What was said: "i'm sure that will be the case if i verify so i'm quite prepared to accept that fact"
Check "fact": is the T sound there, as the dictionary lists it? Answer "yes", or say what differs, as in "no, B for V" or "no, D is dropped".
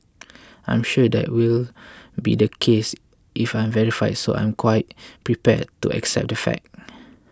no, T is dropped